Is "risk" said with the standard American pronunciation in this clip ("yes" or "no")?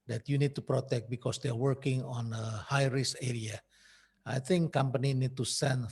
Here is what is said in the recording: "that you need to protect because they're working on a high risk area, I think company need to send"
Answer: no